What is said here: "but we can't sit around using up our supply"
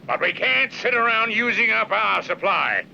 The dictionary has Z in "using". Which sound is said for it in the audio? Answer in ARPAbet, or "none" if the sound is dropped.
Z